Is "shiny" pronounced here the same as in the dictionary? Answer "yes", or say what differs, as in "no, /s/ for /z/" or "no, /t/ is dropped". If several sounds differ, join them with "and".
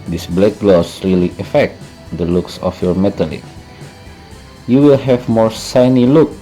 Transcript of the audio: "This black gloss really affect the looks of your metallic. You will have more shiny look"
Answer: no, /s/ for /ʃ/